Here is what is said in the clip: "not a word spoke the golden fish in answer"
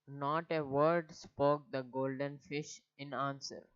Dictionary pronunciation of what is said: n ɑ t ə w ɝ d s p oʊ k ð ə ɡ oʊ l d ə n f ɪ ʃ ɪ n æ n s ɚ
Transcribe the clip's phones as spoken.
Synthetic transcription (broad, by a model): n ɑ t ə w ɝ d s p oʊ k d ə ɡ oʊ l d ə n f ɪ ʃ ɪ n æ n s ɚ